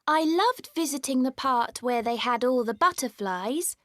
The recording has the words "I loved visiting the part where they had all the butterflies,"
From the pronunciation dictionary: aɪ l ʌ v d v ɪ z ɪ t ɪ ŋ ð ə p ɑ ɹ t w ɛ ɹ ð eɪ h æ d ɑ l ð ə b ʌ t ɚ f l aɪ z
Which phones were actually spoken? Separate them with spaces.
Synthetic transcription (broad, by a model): aɪ l ʌ v d v ɪ z ɪ t ɪ ŋ ð ə p ɑ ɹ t w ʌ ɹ ð eɪ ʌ d ɑ l ð ə b ʌ t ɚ f l aɪ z